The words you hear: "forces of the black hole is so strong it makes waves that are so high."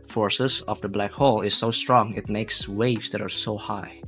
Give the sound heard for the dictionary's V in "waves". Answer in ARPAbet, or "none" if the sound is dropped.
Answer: V